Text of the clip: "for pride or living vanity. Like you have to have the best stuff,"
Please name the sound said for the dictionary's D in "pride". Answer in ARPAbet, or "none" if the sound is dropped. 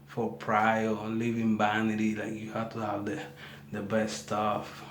none